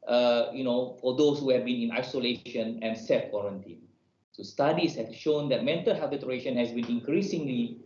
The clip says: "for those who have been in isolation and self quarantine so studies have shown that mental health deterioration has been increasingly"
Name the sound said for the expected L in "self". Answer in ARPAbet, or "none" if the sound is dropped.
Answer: none